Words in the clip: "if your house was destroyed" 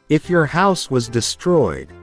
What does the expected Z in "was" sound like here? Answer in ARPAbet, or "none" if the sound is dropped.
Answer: Z